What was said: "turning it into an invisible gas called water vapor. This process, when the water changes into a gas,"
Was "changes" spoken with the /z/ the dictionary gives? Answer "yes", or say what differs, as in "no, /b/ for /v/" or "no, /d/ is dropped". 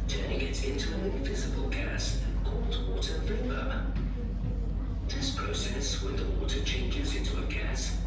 yes